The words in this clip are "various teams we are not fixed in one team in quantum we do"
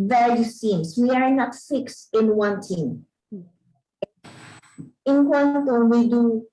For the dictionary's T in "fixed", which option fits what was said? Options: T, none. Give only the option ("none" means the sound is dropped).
none